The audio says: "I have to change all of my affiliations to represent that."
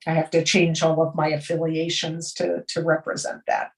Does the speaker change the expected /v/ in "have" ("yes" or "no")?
yes